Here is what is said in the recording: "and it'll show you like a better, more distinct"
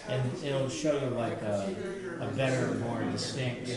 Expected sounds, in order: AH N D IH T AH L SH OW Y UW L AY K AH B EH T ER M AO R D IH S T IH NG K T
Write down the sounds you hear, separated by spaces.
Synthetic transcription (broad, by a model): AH N IH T L SH OW Y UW L AY K AH B EH T ER M AO R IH S T IH NG K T